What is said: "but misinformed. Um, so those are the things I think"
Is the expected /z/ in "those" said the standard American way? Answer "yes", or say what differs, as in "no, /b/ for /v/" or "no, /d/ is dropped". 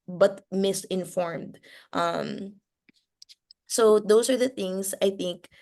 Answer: no, /s/ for /z/